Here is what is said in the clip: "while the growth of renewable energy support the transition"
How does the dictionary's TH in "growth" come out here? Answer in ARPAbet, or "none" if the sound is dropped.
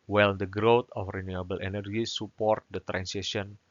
T